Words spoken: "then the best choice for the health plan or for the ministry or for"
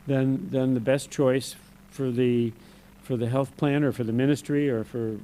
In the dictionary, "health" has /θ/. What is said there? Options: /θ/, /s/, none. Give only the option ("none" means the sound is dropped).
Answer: /θ/